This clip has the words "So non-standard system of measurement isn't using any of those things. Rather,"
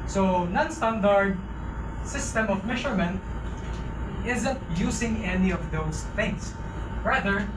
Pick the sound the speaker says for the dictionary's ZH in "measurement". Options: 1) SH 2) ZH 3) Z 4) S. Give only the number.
1